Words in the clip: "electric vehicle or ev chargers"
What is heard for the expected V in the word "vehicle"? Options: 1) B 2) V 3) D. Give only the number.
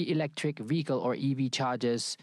2